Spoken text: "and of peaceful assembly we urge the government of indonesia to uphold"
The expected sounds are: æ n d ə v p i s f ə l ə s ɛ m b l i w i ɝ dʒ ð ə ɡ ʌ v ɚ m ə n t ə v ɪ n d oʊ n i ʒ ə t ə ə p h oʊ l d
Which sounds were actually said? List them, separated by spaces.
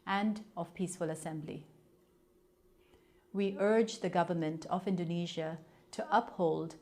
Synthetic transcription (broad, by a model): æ n d ə v p i s f ə l ə s ɛ m b l i w i ɝ dʒ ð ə ɡ ʌ v ɚ m ə n t ə v ɪ n d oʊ n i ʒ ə t ə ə p h oʊ l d